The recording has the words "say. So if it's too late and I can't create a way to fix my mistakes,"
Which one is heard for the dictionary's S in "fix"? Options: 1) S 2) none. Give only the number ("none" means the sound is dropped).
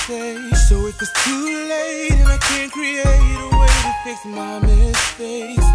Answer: 2